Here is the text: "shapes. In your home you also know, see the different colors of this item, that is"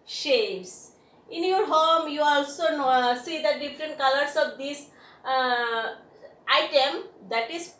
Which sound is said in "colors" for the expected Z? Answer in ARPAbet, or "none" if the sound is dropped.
S